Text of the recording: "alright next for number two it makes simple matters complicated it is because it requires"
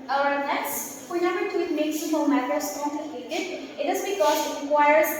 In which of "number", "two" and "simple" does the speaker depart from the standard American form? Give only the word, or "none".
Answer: simple